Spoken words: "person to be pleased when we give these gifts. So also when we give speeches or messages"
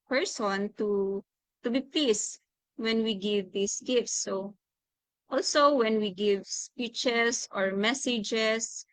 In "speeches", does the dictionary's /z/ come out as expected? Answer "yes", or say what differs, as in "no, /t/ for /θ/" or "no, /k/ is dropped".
no, /s/ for /z/